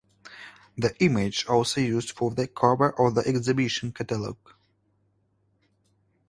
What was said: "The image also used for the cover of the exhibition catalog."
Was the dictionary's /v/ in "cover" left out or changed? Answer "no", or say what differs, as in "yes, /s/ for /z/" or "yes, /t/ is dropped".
yes, /b/ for /v/